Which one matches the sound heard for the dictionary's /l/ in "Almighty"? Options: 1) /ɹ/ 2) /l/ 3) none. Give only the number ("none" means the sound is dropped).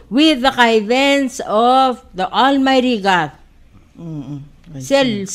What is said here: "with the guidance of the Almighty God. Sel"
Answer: 2